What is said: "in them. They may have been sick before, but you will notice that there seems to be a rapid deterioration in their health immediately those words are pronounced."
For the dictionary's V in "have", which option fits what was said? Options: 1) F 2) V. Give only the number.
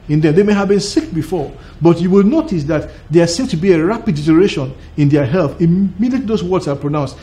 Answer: 2